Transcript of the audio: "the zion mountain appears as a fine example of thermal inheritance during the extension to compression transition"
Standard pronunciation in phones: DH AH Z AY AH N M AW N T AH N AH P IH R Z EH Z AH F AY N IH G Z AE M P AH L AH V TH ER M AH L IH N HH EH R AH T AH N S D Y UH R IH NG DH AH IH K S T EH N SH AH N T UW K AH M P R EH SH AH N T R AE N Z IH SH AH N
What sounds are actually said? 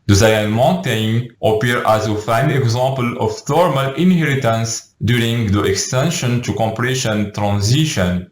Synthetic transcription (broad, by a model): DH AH Z AY AH N M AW N T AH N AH P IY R AA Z AH F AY N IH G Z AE M P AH L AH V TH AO M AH L IH N HH EH R AH T AH N S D Y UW R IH NG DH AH IH K S T EH N SH AH N T UW K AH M P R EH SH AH N T R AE N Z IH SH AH N